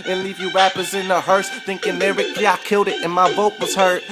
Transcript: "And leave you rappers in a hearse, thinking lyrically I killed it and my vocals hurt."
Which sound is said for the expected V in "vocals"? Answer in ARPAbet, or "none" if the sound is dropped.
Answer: B